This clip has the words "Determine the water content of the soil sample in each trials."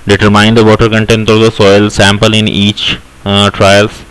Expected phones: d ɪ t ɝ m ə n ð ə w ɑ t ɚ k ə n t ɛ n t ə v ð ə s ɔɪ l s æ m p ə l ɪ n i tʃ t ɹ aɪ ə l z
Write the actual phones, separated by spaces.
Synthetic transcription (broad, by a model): d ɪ t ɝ m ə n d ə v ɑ t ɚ k ə n t ɛ n t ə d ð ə s ɔɪ l s æ m p ə l ɪ n i tʃ t ɹ aɪ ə l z